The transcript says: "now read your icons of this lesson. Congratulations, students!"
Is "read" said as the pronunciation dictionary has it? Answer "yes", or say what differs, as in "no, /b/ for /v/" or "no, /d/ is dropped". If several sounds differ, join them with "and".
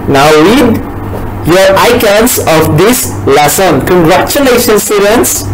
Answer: no, /w/ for /ɹ/